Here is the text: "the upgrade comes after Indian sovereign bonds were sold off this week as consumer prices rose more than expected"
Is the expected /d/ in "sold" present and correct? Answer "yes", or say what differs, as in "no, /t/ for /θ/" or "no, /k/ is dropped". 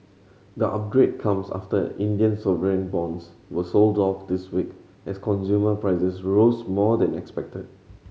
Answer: yes